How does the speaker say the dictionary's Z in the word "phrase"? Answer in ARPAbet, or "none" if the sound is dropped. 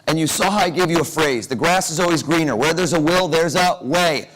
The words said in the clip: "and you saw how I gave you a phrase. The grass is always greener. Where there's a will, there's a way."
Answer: Z